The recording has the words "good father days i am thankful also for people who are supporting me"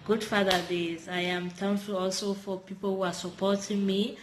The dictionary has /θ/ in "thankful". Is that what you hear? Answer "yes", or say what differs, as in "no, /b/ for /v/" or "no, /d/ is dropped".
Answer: no, /t/ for /θ/